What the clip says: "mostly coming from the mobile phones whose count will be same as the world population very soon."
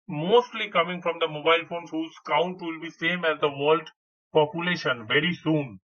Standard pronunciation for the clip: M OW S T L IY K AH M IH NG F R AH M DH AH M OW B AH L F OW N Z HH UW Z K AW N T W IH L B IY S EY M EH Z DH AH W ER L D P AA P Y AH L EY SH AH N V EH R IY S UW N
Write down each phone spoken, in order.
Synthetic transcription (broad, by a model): M OW S T L IY K AH M IH NG F R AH M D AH M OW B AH L F OW N HH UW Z K AW N T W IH L B IY S EY M EH Z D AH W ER L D P AA P Y AH L EY SH AH N V EH R IY S UW N